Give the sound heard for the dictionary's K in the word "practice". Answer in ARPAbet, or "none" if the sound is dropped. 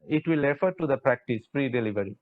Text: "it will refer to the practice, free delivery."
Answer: K